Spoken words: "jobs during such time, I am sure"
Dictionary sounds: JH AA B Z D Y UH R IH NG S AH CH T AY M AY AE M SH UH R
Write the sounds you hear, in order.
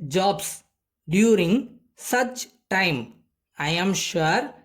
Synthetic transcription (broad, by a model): JH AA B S D Y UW R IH NG S AH CH T AY M AY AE M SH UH R